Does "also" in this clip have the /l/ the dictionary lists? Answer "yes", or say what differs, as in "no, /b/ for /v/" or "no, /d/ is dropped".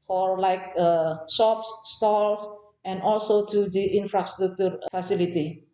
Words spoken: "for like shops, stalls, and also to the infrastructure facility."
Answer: yes